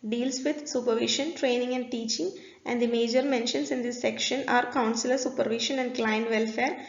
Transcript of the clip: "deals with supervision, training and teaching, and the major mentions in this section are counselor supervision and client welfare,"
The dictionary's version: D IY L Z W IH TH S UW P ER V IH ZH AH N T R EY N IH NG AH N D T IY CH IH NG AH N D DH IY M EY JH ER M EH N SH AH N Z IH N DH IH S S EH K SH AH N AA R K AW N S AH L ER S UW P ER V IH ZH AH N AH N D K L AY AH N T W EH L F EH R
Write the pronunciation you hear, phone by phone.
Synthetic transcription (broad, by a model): D IY L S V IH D S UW P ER V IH SH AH N T R EY N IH NG AH N D T IY CH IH NG AH N D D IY M EY JH ER M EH N SH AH N S IH N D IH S S EH K SH AH N AA R K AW N S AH L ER S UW P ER V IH SH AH N AH N D K L AY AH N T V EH L F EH R